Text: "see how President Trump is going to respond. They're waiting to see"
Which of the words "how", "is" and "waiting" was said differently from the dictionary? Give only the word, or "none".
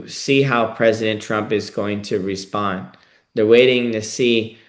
none